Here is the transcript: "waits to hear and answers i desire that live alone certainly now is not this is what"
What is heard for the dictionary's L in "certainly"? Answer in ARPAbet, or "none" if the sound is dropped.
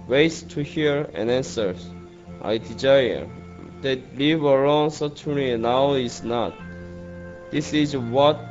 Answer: none